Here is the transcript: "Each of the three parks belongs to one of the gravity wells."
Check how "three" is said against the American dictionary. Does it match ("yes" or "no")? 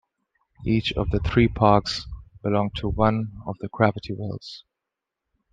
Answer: yes